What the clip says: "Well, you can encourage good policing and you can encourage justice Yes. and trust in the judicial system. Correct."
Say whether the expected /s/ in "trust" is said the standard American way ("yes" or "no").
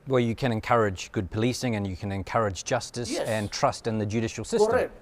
yes